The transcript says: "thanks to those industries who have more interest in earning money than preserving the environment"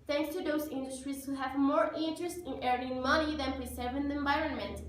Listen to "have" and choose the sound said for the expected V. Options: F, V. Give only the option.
V